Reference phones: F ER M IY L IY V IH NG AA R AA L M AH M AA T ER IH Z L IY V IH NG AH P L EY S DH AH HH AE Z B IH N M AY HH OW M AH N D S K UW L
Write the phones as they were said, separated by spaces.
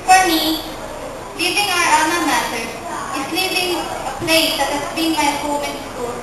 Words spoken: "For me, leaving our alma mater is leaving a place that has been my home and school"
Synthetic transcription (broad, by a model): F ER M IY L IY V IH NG AA R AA M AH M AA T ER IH S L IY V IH NG AH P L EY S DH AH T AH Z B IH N M AY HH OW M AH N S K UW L